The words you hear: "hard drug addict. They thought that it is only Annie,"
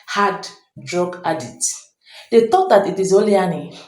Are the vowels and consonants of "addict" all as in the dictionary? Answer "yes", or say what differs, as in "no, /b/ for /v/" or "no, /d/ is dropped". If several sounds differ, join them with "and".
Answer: no, /k/ is dropped